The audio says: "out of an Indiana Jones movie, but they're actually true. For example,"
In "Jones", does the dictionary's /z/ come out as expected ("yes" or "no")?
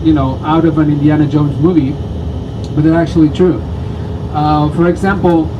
yes